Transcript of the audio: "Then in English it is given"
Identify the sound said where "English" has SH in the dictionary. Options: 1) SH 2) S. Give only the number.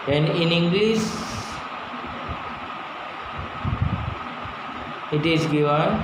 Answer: 2